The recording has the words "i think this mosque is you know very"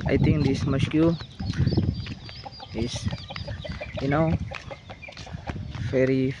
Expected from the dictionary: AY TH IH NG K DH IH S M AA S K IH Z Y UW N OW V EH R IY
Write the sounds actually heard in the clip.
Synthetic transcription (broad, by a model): AY T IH NG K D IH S M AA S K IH S Y UW N OW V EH R IY